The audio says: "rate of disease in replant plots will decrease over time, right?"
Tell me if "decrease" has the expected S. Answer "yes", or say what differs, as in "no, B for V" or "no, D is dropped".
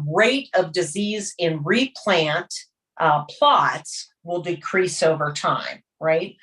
yes